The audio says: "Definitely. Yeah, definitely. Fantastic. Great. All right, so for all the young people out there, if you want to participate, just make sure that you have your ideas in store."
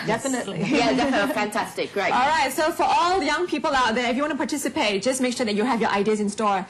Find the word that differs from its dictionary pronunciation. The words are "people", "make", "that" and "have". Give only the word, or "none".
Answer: none